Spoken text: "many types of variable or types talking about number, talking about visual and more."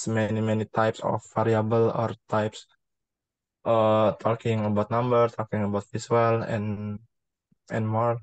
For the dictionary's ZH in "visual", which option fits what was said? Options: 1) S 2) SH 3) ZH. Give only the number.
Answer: 1